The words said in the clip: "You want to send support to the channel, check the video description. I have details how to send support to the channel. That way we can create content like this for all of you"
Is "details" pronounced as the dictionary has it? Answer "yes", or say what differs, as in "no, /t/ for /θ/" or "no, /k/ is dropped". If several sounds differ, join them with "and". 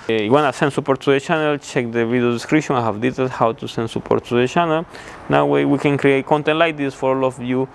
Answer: no, /s/ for /z/